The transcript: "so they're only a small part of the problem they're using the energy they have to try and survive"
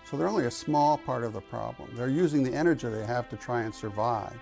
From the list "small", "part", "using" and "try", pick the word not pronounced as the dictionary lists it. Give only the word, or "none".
none